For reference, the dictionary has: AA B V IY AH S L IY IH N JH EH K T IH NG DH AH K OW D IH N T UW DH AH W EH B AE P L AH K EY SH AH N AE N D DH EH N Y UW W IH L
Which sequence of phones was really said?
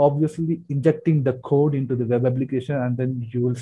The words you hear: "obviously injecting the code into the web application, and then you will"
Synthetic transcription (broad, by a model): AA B V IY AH S L IY IH N JH EH K T IH NG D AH K OW D IH N T UW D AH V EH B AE B L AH K EY SH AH N AE N D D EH N Y UW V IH L